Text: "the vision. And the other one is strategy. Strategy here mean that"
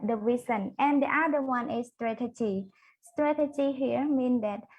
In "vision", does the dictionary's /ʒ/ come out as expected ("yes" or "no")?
no